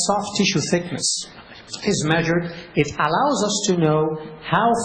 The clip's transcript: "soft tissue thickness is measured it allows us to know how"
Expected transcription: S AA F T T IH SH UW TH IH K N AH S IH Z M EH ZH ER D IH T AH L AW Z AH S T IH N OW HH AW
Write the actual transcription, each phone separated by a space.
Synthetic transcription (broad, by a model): S AA F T T IH SH UW TH IH K N AH S IH Z M EH ZH ER D IH T AH L AW Z AH S T IH N OW HH AW